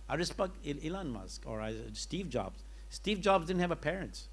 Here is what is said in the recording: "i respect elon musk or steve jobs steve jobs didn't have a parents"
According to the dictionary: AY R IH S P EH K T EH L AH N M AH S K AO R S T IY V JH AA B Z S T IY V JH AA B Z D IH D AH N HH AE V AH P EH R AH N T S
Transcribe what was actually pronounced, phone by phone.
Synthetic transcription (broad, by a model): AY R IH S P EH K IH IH L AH N M AH S K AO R S T IY V JH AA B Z S T IY V JH AA B Z D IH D N HH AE V AH P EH R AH N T S